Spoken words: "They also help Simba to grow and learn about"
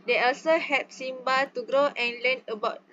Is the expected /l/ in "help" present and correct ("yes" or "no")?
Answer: no